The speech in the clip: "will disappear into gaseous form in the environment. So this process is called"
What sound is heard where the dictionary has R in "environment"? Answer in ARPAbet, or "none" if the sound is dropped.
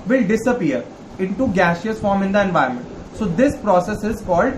none